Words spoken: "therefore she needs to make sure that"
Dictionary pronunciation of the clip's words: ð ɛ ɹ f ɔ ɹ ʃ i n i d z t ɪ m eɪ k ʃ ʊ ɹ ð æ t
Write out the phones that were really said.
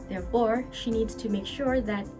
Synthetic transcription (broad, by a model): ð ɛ ɹ f ɔ ɹ ʃ i n i d z t ɪ m eɪ k ʃ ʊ ɹ ð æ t